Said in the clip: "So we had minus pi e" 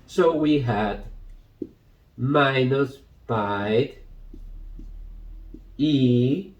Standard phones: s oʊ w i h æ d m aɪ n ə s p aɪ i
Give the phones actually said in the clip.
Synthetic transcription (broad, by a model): s oʊ w i h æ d m aɪ n ə s b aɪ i